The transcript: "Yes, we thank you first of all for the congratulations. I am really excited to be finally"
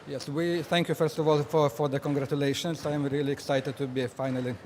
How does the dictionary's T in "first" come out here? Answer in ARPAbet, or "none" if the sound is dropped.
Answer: T